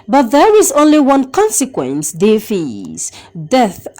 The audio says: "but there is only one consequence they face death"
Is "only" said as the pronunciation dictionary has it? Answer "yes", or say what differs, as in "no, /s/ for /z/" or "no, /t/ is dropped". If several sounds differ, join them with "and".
yes